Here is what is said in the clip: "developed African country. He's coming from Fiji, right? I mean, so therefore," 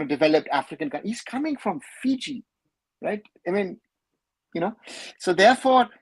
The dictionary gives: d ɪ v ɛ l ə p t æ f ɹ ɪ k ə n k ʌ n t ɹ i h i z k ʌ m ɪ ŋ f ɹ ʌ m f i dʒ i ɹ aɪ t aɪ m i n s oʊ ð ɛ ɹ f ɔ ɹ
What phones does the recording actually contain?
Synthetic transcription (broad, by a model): d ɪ v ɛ l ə p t æ f ɹ ɪ k ə n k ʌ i h i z k ʌ m ɪ ŋ f ɹ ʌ m f i dʒ i ɹ aɪ t aɪ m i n s oʊ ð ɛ ɹ f ɔ ɹ